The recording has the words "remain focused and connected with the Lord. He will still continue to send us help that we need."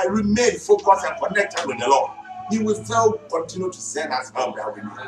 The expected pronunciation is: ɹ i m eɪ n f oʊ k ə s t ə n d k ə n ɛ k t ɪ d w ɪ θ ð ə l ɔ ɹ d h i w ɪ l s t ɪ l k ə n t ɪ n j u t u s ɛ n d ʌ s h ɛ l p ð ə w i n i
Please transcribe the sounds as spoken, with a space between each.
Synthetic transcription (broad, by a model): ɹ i m eɪ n f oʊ k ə s ə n k ə n ɛ k t ɪ d w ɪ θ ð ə l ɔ h i w ɪ l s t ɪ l k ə n t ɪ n j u t u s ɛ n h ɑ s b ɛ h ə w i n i